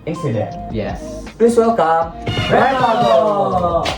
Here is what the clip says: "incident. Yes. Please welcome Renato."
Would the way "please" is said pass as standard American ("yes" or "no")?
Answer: no